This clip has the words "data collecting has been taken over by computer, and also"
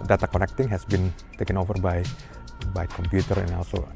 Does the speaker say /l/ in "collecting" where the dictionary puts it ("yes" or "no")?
no